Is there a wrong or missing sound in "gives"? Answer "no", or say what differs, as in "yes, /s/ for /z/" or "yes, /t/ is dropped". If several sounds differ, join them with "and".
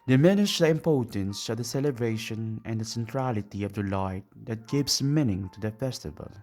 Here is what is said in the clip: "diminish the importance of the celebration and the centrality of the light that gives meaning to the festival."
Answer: yes, /s/ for /z/